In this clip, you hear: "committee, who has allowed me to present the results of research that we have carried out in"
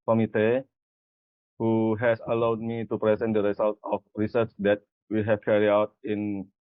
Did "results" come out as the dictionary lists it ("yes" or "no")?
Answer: no